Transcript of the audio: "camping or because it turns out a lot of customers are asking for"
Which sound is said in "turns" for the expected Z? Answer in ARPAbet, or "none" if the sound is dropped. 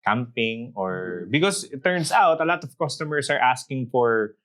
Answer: S